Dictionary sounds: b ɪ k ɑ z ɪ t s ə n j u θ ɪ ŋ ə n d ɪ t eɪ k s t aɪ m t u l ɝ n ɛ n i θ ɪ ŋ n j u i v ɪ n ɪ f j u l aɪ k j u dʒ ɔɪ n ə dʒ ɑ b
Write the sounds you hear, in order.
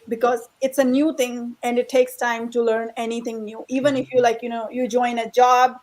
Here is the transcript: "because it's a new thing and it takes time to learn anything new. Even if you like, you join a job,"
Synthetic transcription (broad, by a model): b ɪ k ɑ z ɪ t s ə n j u t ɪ ŋ ə n d ɪ t eɪ k s t aɪ m t u l ɝ n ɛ n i t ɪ ŋ n j u i v ɪ n ɪ f j u l aɪ k j u dʒ ɔɪ n ə dʒ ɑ b